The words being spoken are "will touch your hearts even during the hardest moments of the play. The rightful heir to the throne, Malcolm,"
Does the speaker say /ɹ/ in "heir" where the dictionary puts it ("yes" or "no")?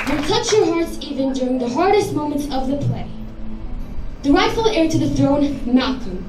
yes